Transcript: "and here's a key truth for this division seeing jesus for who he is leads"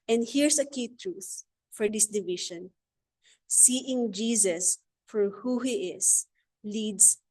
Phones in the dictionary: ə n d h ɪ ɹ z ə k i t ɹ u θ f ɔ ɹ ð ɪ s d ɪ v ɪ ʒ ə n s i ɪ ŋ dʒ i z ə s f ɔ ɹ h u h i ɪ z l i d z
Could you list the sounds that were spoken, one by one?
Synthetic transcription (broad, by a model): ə n d h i ɹ s ə k i t ɹ u θ f ɔ ɹ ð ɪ s d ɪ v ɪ ʃ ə n s i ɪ ŋ dʒ i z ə s f ɔ ɹ h u h i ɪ s l i d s